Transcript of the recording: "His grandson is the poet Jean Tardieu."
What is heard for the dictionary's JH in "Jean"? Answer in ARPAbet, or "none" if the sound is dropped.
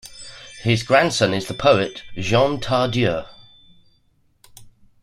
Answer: ZH